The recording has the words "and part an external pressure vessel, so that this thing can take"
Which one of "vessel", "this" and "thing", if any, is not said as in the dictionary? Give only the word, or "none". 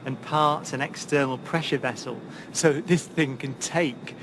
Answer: none